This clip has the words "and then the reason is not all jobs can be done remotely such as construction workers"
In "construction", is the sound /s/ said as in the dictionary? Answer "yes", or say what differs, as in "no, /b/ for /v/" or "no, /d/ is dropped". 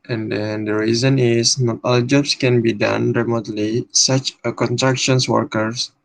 no, /s/ is dropped